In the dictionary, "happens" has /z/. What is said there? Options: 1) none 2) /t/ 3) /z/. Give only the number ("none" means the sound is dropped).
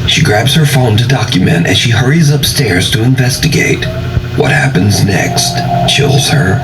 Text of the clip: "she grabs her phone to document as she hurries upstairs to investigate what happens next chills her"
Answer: 3